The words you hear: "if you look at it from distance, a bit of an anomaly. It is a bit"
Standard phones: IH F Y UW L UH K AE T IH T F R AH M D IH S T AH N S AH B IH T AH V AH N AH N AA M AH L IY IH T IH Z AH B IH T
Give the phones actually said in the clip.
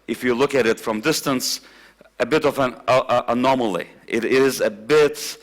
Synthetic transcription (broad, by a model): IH F Y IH L UH K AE T IH T F R AH M D IH S T AH N S AH B IH T AH V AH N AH N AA M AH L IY IH T IH Z AH B IH T